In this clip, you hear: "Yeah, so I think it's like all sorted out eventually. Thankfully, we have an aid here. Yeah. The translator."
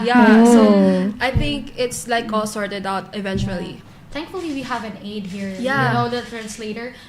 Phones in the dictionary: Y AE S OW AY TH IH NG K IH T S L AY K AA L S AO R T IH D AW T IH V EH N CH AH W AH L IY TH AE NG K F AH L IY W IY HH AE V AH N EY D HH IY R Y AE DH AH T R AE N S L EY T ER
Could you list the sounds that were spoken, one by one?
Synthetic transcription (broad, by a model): Y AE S OW AY TH IH NG K IH T S L AY K AA L S AO R T IH D AW T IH V EH N CH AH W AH L IY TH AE NG K F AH L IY W IY HH AE V AH N EY D HH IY R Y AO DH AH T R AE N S L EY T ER